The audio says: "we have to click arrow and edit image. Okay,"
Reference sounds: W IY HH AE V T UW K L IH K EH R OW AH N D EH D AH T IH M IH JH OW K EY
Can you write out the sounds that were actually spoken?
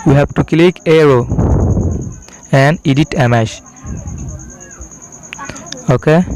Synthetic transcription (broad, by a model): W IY HH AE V T UW K L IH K EH R OW AH N D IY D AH T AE M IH SH OW K EY